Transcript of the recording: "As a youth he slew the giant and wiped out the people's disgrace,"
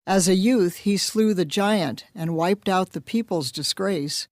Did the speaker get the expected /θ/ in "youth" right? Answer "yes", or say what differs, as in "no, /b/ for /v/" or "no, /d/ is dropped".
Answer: yes